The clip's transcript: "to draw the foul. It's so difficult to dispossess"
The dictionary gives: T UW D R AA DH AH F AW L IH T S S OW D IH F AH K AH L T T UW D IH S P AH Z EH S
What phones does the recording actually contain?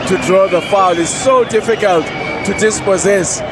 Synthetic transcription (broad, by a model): T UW D R AA DH AH F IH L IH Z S S OW D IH F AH K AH L T T UW D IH S P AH Z EH S